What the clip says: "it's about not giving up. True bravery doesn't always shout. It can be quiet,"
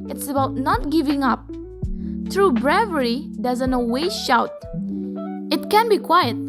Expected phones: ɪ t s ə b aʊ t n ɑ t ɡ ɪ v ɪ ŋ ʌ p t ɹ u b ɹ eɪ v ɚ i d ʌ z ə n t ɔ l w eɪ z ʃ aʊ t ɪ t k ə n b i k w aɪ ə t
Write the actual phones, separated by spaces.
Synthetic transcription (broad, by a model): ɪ t s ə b aʊ t n ɑ t ɡ ɪ v ɪ ŋ ʌ p t ɹ u b ɹ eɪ v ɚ i d ʌ z ə n t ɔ w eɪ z ʃ aʊ t ɪ t k ə n b i k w aɪ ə t